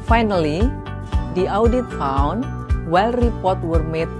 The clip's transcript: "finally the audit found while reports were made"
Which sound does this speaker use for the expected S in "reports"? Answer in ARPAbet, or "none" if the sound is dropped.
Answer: none